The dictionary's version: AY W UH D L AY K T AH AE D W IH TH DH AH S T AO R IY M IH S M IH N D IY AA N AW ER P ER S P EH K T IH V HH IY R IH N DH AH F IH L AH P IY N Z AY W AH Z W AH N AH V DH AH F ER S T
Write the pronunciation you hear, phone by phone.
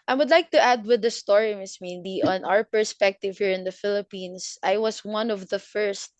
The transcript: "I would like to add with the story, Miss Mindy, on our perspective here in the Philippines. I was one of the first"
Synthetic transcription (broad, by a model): AY W UH D L AY K T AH AE D W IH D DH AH S T AO R IY M IH S M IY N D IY AA N AW ER P ER S P EH K T IH V HH IY R IH N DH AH F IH L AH P IY N S AY W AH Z W AH N AH V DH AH F ER S T